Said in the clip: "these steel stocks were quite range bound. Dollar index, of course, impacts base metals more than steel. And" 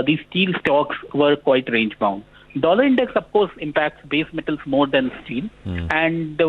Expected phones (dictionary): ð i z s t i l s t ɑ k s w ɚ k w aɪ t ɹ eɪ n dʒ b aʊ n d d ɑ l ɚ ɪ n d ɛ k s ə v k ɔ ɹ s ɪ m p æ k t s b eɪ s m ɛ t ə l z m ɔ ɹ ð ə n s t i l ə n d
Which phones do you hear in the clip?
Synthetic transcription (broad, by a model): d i s t i l s t ɑ k s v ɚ k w aɪ t ɹ eɪ n dʒ b aʊ n d d ɑ l ɚ ɪ n d ɛ k s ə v k ɔ ɹ s ɪ m p æ k t s b eɪ s m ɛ t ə l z m ɔ ɹ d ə n s t i l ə n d